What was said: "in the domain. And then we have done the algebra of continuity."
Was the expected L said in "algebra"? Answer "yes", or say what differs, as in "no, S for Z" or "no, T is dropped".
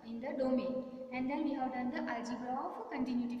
no, L is dropped